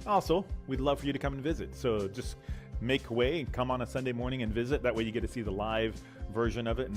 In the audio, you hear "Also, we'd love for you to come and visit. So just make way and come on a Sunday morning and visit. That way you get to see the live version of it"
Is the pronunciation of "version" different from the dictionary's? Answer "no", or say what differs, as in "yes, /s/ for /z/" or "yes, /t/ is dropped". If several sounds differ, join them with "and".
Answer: no